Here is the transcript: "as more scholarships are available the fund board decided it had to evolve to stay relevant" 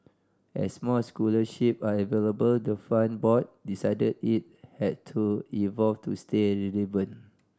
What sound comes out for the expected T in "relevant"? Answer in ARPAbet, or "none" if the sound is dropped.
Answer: none